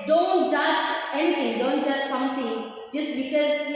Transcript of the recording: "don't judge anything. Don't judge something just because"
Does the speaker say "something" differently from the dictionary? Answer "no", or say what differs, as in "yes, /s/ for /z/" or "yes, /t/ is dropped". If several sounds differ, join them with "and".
yes, /t/ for /θ/